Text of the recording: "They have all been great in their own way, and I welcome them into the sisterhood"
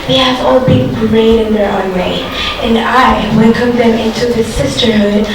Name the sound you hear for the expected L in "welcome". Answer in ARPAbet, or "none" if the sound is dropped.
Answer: N